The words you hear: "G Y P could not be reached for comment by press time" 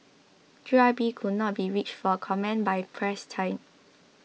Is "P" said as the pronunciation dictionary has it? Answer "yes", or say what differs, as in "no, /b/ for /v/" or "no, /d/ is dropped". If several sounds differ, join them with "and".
no, /b/ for /p/